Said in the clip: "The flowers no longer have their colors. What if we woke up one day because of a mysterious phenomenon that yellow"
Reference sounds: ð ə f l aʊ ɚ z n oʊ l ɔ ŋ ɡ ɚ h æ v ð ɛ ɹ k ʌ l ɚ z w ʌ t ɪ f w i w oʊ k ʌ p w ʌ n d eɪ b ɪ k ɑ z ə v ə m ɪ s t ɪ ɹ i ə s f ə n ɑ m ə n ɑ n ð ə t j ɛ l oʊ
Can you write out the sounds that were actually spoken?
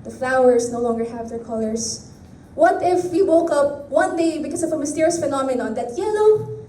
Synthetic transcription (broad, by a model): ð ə f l aʊ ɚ s n oʊ l ɔ ŋ ɡ ɚ h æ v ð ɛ ɹ k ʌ l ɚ s w ʌ t ɪ f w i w oʊ k ʌ p w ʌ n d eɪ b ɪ k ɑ s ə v ə m ɪ s t ɪ ɹ i ə s f ə n ɑ m ə n ɑ n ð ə t j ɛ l oʊ